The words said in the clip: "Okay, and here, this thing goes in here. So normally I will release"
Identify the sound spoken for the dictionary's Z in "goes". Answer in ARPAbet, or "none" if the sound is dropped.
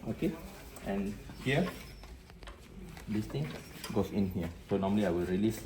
S